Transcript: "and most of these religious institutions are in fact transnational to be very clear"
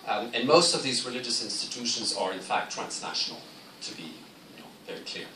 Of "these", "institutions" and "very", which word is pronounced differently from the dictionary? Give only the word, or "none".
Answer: none